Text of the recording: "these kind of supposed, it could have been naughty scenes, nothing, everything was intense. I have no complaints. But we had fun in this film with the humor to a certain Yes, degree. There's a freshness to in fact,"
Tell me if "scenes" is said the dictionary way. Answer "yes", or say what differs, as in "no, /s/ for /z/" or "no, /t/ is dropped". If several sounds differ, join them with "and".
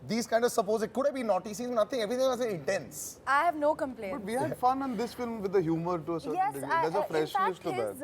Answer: no, /n/ is dropped